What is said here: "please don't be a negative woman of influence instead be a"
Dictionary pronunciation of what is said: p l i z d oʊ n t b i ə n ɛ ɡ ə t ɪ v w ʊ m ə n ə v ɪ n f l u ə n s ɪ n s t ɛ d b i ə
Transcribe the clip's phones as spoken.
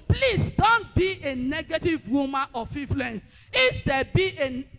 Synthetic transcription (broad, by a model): p l i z d oʊ n t b i ə n ɛ ɡ ə t ɪ v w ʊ m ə n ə f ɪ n f l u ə n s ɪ s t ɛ b i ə